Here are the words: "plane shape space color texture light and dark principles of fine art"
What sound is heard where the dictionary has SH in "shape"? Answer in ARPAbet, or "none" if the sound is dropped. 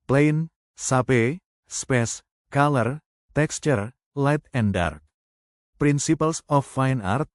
S